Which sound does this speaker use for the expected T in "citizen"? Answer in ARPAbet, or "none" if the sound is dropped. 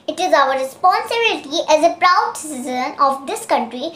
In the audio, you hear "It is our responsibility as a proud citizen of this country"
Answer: S